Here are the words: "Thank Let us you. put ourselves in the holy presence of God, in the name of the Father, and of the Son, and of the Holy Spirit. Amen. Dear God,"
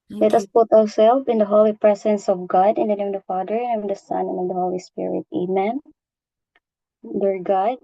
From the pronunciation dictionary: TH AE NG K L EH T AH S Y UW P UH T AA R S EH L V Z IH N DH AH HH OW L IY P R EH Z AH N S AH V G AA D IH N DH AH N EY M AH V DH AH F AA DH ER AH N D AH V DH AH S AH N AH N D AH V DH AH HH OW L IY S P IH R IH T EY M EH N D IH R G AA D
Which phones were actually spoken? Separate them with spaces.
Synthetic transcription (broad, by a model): L EH T AH S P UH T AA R S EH L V IH N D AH HH OW L IY P R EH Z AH N S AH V G AA D IH N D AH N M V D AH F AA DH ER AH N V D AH S AH N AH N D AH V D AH HH OW L IY S P IH R IH T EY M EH N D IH R G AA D